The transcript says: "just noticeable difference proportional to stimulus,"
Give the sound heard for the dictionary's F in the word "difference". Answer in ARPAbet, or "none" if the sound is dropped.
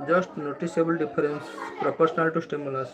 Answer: P